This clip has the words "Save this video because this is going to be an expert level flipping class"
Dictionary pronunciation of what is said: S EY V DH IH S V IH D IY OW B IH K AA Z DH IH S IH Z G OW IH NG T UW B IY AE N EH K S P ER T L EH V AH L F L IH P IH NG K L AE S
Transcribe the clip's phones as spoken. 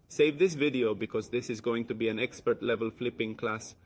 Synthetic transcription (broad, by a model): S EY V DH IH S V IH D IY OW B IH K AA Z DH IH S IH Z G OW IH NG T UW B IY AE N EH K S P ER T L EH V AH L F L IH P IH NG K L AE S